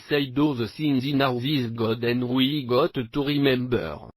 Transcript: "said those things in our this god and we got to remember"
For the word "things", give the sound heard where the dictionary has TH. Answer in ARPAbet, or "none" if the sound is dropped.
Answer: S